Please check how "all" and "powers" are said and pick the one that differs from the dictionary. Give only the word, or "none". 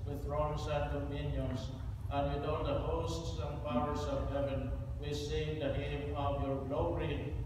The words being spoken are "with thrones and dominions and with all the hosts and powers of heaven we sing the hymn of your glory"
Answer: powers